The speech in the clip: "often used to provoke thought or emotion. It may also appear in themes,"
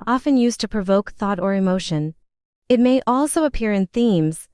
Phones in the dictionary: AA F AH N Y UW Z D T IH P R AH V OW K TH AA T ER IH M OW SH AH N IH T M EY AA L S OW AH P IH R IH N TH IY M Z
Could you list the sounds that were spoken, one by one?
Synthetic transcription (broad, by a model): AA F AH N Y UW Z T IH P R AH V OW K TH AA T ER IH M OW SH AH N IH T M EY AA L S OW AH P IH R IH N TH IY M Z